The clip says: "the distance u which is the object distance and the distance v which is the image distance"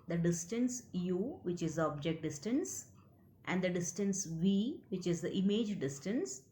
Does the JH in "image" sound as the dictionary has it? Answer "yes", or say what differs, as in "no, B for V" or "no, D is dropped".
yes